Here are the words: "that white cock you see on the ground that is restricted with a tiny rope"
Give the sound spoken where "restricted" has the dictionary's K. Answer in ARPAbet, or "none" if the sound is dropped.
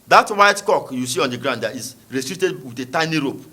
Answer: none